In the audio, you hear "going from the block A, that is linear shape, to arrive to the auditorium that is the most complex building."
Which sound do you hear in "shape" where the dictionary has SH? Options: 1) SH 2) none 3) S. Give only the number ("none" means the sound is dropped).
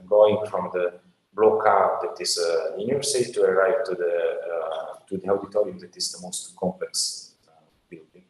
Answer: 3